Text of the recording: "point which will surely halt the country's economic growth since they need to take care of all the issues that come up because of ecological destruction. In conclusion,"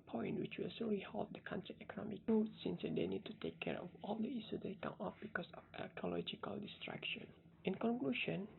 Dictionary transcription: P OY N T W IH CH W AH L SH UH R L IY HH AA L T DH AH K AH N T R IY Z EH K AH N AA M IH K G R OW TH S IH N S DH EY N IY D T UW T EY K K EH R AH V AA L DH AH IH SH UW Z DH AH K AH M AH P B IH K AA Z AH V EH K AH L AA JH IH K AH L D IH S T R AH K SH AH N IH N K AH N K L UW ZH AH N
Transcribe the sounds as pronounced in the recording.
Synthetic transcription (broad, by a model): P OY N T W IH CH W AH L S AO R IY HH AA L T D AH K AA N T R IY EH K AH N AA M IH K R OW T S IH N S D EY N IY D T UW T EY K K EH R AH F AA L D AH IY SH UW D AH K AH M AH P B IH K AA S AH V EH K AH L AA JH IH K AH L D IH S T R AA K SH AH N IH N K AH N K L UW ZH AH N